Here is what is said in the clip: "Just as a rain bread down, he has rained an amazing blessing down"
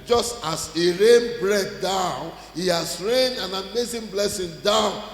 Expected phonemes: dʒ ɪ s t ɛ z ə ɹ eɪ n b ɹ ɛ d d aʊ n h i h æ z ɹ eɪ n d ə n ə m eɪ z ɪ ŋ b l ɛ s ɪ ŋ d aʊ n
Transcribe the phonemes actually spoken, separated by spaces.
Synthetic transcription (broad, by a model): dʒ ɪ s t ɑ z ə ɹ eɪ n b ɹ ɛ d d aʊ n h i h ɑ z ɹ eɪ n ə n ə m eɪ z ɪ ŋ b l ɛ s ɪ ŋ d aʊ n